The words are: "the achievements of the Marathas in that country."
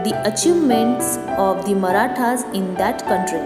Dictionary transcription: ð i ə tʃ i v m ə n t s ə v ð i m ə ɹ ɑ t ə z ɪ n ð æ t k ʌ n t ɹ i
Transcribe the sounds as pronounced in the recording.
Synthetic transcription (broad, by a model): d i ə tʃ i v m ə n t s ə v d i m ə ɹ ɑ t ə z ɪ n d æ t k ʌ n t ɹ i